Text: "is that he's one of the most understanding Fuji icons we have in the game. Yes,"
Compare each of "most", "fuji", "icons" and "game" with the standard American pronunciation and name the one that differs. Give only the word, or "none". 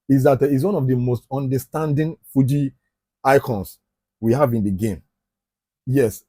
icons